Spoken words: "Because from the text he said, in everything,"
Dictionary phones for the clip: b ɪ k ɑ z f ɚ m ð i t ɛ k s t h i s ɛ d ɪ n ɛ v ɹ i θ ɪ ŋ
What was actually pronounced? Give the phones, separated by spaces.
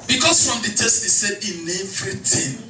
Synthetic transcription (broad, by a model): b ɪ k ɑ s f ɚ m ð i t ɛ s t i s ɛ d ɪ n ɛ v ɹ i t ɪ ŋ